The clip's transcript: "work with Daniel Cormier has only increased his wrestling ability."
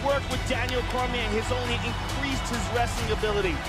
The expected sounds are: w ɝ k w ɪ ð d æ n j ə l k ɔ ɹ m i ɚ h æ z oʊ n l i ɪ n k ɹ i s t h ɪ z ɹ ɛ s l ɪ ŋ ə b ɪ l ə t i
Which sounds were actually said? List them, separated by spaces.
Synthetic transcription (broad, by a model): w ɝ k w ɪ ð d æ n j l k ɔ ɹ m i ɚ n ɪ z oʊ n l i ɪ n k ɹ i s t h ɪ z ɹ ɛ s ɪ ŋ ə b ɪ l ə t i